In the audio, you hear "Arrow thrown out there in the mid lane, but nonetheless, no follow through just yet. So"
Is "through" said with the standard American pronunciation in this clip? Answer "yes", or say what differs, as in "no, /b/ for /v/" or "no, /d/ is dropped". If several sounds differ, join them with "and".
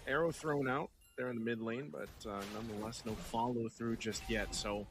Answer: yes